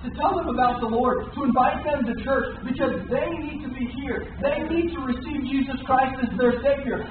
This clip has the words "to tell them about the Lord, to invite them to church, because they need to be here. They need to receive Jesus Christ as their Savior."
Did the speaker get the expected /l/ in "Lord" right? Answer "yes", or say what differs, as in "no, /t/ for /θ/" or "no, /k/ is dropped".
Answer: yes